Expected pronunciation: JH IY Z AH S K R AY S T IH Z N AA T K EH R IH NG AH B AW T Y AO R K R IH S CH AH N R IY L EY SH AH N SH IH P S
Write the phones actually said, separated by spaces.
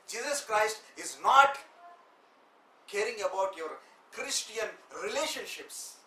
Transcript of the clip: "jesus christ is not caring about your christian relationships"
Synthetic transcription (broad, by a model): JH IY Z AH S K R AY S T IH Z N AA T K EH R IH NG AH B AW T Y AO R K R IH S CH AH N R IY L EY SH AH N SH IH P S